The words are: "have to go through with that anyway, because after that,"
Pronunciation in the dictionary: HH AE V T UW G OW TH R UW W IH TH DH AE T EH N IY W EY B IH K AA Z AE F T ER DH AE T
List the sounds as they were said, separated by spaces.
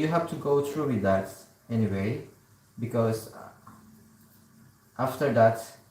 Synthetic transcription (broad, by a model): HH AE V T UW G OW T R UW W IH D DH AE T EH N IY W EY B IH K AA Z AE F T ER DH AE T